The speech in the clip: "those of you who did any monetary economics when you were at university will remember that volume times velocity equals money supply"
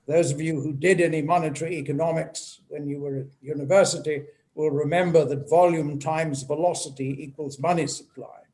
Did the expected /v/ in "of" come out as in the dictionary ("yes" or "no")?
yes